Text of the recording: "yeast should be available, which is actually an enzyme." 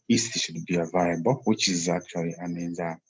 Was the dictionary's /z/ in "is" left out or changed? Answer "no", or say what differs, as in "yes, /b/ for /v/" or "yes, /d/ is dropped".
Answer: no